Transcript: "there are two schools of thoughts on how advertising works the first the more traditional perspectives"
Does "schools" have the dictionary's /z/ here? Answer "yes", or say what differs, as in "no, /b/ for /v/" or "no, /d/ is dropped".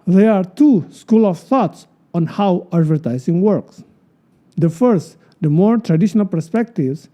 no, /z/ is dropped